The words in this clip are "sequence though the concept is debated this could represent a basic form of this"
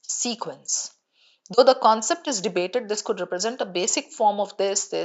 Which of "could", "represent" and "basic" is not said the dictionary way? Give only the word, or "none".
none